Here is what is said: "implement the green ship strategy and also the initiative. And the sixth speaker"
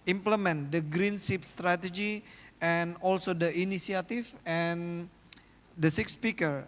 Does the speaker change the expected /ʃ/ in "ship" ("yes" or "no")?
yes